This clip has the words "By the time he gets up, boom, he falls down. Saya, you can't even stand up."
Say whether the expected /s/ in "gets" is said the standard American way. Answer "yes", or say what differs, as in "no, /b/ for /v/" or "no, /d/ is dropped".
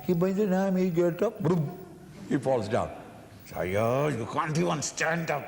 no, /s/ is dropped